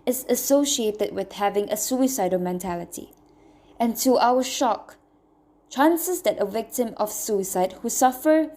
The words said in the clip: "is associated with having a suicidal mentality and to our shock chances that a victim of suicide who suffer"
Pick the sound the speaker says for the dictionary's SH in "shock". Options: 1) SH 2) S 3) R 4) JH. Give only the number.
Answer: 1